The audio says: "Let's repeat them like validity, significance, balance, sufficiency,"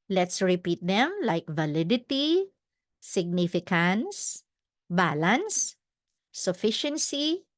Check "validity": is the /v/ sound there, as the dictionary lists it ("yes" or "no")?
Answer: yes